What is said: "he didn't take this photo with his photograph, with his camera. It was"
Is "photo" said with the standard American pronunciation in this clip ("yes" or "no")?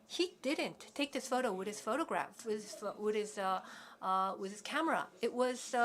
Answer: yes